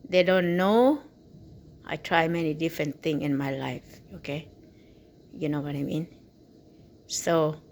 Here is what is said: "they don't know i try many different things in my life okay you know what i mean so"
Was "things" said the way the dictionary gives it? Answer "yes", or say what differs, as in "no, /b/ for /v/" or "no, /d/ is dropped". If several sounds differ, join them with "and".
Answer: no, /z/ is dropped